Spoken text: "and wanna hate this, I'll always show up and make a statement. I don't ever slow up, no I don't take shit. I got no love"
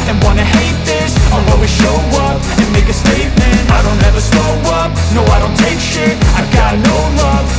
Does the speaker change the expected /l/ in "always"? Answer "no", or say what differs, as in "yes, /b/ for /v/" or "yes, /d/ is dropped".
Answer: yes, /l/ is dropped